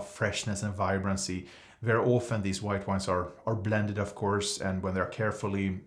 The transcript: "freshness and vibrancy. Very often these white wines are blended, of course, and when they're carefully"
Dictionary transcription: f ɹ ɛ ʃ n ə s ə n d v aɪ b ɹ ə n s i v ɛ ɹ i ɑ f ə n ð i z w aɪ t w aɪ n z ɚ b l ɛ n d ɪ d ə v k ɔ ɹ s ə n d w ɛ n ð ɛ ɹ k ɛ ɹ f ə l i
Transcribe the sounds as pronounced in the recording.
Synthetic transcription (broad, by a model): f ɹ ɛ ʃ n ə s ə n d v aɪ b ɹ ə n s i v ɛ ɹ i ɑ f ə n ð i z w aɪ t w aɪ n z ɚ b l ɛ n d ɪ d ə v k ɔ ɹ s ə n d w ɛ n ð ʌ ɹ k ɛ ɹ f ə l i